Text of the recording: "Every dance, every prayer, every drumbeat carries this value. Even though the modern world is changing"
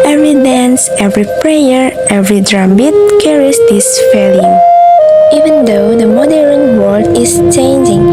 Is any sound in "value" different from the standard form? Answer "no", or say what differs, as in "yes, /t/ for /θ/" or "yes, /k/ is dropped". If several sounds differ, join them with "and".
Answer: yes, /f/ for /v/